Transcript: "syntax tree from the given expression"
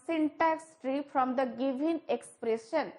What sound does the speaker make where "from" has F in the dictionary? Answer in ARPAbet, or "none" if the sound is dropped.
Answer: P